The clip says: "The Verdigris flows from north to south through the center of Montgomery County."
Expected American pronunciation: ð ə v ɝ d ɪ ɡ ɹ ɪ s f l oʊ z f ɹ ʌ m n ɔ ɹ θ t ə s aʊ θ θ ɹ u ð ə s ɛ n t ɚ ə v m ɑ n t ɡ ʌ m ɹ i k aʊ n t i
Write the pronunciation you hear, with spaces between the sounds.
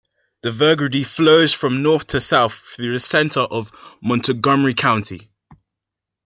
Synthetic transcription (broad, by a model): ð ə v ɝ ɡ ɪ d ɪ f l oʊ z f ɹ ʌ m n ɔ θ t ə s aʊ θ θ ɹ u ð ə s ɛ n t ɚ ə v m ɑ n t ɡ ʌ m ɹ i k aʊ n t i